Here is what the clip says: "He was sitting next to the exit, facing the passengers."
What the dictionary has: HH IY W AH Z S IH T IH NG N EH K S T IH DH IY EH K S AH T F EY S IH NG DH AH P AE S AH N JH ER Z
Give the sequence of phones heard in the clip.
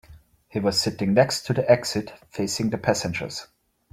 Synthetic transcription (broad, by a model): HH IY W AH Z S IH T IH NG N EH K S T IH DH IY EH K S AH T F EY S IH NG DH AH P AE S AH N JH ER Z